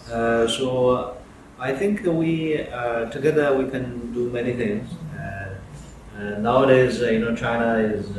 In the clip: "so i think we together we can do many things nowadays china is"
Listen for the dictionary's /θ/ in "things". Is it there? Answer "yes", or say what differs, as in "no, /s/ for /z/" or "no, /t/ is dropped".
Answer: yes